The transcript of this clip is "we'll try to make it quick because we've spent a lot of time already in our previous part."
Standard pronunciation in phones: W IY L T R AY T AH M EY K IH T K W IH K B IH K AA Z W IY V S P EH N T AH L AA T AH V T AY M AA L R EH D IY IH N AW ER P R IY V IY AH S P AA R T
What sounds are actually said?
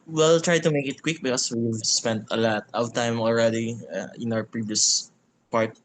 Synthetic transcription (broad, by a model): W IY L T R AY T AH M EY K IH T K W IH K B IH K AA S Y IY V S P EH N T AH L AA T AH W T AY M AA L R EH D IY IH N AW ER P R IY V IY AH S P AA R T